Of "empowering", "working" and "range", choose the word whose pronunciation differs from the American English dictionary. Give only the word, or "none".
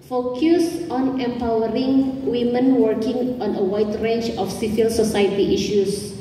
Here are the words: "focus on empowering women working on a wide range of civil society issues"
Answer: range